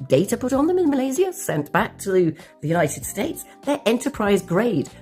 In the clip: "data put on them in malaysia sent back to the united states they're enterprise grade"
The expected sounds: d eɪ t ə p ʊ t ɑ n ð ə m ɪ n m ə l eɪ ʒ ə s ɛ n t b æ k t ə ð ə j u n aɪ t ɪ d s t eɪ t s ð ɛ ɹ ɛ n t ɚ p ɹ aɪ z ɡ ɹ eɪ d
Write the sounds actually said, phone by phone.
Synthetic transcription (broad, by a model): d eɪ t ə p ʊ t n ð ə m ɪ n m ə l eɪ z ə s ɛ n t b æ k t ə ð ə j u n aɪ t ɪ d s t eɪ t s ð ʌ ɹ ɛ n t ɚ p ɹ aɪ z ɡ ɹ eɪ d